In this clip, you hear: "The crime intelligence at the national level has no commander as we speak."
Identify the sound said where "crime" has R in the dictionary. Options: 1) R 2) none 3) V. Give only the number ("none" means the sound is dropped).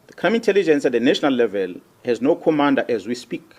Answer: 2